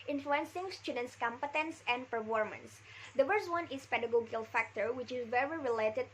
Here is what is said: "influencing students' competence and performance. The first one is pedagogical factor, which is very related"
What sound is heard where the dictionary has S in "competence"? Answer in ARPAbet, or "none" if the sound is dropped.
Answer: S